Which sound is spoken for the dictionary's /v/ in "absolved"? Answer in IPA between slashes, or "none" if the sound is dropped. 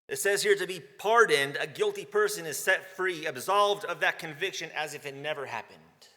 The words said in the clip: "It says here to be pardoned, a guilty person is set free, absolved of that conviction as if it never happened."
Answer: /v/